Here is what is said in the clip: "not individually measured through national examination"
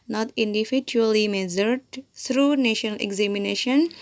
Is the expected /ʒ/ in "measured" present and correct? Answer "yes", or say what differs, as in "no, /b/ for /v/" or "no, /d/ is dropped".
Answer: no, /z/ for /ʒ/